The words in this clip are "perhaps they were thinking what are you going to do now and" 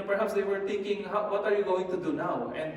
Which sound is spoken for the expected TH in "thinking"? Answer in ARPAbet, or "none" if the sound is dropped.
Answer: T